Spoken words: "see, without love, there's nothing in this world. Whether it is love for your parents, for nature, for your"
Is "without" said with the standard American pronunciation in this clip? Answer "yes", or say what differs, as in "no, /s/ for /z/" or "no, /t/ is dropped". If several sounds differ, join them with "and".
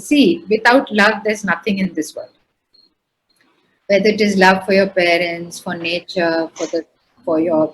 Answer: no, /t/ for /θ/